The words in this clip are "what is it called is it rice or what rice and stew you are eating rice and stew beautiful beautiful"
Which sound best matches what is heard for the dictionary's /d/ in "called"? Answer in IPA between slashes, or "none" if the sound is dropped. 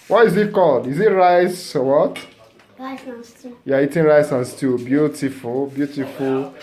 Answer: /d/